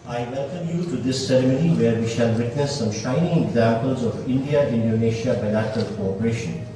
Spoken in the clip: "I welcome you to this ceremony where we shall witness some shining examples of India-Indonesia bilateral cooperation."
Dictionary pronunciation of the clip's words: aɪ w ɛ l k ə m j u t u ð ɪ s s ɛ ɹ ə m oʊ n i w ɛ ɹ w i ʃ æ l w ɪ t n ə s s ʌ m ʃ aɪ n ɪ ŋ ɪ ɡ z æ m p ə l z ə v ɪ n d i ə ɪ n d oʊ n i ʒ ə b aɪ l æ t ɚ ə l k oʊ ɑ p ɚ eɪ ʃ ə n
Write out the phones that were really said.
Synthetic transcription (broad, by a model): aɪ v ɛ l k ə m j u t u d ɪ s s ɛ ɹ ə m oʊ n i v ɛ ɹ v i ʃ æ l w ɪ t n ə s s ʌ m ʃ aɪ n ɪ ŋ ɪ ɡ z æ m p ə l z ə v ɪ n d i ə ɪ n d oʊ n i ʃ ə b aɪ l æ t ɚ ə l k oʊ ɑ p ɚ eɪ ʃ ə n